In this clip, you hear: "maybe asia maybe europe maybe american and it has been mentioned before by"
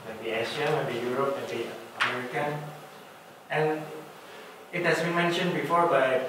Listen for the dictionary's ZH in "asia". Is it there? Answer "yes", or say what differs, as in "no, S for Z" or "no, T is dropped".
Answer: no, SH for ZH